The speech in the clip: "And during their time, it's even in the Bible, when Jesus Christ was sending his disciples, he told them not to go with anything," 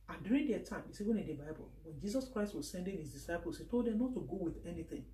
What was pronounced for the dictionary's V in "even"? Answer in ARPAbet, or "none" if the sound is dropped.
W